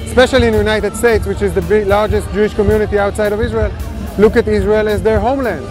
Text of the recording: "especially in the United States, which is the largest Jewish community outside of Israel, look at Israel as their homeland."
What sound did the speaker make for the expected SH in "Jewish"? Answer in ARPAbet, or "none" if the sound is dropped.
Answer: SH